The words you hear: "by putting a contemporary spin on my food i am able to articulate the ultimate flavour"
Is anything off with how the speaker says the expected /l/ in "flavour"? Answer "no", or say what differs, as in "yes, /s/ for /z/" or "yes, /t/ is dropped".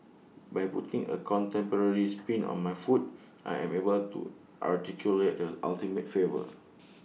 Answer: yes, /l/ is dropped